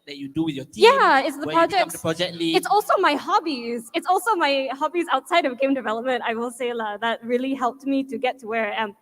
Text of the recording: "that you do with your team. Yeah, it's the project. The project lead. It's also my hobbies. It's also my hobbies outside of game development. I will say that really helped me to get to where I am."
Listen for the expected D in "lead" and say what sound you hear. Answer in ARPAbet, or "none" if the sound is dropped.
none